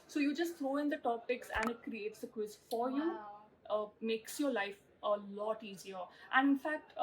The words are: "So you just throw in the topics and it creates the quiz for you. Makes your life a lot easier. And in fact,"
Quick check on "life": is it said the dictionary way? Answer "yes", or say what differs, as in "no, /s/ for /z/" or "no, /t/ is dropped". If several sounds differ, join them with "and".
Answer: yes